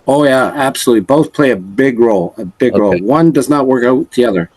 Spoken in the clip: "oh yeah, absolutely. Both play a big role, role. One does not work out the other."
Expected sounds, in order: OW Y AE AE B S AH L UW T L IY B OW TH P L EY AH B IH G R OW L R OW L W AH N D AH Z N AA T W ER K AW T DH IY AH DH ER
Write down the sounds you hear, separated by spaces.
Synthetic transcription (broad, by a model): OW Y AE AE B S AH L UW T L IY B OW TH P L EY AH B IH G R OW L R OW L W AH N D AH Z N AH T W ER K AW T DH IY AH DH ER